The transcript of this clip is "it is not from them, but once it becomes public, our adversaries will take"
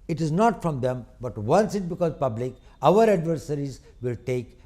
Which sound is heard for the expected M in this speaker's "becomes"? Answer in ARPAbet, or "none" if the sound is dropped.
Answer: none